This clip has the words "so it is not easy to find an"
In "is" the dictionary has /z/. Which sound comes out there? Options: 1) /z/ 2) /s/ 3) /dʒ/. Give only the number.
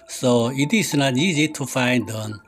2